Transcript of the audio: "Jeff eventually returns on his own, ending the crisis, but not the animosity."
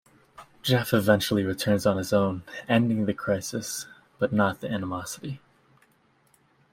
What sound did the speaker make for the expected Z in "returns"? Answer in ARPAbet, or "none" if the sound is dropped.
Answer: Z